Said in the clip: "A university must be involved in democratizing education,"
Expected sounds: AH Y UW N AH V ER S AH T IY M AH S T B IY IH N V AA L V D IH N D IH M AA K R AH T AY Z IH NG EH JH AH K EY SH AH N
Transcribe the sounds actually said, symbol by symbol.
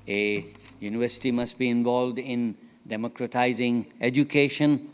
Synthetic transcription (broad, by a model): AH Y UW N AH V ER S AH T IY M AH S T B IY IH N V AA L V D IH N D IH M AA K R AH T AY Z IH NG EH JH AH K EY SH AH N